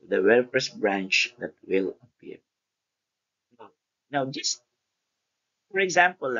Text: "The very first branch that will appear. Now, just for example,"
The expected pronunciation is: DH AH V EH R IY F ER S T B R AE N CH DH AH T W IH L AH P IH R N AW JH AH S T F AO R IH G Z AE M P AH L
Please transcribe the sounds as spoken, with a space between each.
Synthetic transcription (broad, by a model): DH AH W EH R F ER S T B R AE N CH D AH T W IH L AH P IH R N AW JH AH S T F AO R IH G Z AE M P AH L